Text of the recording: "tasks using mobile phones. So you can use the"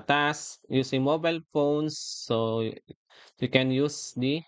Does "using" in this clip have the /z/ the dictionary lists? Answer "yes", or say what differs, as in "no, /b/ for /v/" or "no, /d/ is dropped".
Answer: no, /s/ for /z/